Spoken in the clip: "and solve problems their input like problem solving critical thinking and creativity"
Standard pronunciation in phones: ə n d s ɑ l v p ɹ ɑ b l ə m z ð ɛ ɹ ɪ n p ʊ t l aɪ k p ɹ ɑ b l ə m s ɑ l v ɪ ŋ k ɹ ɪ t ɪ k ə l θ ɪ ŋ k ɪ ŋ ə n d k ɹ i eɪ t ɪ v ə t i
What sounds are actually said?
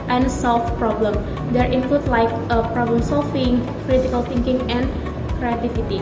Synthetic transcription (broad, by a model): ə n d s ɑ l f p ɹ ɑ b l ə m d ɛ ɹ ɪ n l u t l aɪ k p ɹ ɑ b l ə m s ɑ l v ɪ ŋ k ɹ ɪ t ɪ k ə l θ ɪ ŋ k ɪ ŋ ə n k ɹ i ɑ t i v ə t i